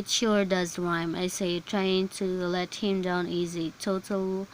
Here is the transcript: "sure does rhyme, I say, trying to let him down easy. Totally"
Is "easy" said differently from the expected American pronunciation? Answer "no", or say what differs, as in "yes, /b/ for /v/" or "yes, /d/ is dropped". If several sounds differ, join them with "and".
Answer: no